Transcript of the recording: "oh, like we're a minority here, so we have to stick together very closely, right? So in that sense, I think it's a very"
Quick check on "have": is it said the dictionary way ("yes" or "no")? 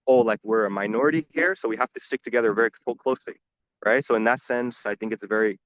no